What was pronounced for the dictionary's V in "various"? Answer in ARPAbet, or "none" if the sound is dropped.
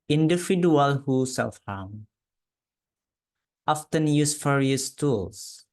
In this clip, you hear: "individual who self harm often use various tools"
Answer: F